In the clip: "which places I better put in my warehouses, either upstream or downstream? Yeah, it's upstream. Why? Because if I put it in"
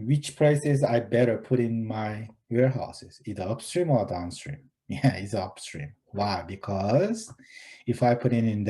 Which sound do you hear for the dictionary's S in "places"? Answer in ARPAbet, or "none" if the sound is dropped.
S